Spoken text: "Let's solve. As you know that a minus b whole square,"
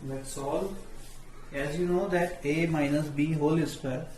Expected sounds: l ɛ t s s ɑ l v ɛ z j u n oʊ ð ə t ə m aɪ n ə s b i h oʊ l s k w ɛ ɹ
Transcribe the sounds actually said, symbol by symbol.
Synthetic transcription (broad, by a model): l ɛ t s s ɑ l ɛ z j u n oʊ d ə t ə m aɪ n ə s b i h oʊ l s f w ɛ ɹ